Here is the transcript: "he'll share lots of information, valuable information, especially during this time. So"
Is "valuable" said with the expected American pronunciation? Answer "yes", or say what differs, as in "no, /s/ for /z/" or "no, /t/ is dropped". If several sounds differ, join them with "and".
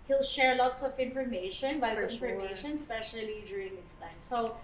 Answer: no, /b/ is dropped